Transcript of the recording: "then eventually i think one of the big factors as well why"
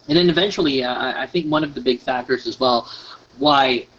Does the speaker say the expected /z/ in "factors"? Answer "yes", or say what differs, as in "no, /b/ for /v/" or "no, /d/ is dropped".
yes